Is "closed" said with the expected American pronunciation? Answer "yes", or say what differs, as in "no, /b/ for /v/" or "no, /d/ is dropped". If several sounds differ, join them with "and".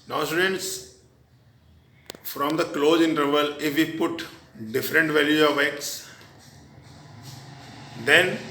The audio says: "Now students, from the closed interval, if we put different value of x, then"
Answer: no, /d/ is dropped